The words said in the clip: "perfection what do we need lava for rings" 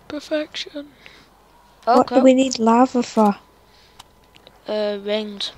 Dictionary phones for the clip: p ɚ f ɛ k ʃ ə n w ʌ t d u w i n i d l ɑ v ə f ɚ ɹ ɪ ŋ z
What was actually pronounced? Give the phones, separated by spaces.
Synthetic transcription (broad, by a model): p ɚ f ɛ k ʃ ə n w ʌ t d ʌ w i n i d l ɑ v ə f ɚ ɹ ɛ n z